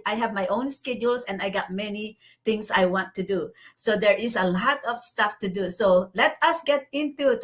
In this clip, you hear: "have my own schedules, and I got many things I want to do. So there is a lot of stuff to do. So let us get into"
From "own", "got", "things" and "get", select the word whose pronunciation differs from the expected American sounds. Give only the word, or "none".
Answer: things